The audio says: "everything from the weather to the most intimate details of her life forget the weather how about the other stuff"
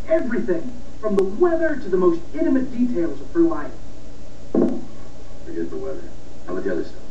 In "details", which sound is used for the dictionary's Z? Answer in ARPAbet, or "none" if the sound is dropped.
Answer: Z